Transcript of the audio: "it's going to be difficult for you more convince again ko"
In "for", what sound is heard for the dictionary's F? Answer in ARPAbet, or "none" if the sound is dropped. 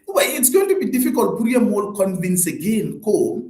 P